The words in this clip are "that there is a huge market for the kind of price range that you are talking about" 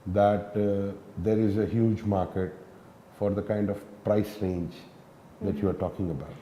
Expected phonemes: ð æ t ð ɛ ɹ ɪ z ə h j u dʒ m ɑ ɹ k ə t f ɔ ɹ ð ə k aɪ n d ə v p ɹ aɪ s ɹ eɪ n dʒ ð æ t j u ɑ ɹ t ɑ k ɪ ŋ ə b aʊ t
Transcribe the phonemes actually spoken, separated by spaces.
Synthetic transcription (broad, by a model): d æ t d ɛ ɹ ɪ z ə h j u dʒ m ɑ ɹ k ə t f ɔ ɹ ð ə k aɪ n d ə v p ɹ aɪ s ɹ eɪ n dʒ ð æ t j u ɑ ɹ t ɑ k ɪ ŋ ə b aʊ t